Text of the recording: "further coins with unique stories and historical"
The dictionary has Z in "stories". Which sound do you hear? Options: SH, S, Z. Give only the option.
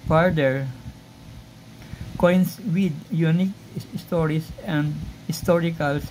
S